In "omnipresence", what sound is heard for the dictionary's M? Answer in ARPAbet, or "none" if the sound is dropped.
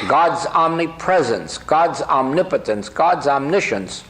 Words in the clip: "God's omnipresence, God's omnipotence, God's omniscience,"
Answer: M